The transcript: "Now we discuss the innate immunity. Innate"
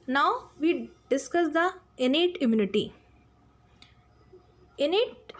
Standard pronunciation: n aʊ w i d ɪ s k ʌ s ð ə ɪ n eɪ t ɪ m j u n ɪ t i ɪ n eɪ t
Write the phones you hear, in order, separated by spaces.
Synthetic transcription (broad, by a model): n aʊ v i d ɪ s k ʌ s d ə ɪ n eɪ t ɪ m j u n ɪ t i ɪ n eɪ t